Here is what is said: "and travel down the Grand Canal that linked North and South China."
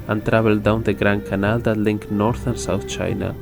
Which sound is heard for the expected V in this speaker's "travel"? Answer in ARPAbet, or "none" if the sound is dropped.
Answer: B